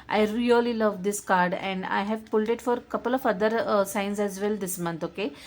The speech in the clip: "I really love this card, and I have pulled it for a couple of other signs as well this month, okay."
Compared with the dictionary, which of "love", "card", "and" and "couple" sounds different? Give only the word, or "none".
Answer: none